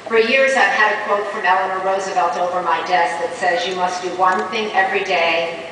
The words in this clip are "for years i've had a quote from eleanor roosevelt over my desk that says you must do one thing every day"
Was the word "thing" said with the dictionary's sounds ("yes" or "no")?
yes